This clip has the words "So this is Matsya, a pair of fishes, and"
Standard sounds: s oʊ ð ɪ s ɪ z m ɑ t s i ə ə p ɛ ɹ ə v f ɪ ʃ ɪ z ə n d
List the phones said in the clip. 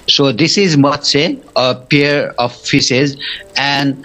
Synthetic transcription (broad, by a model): s oʊ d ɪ s ɪ z m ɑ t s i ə ə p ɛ ɹ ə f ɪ s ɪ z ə n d